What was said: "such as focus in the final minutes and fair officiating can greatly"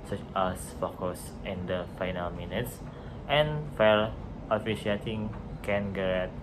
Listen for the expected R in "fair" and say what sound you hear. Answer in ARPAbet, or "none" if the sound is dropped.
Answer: L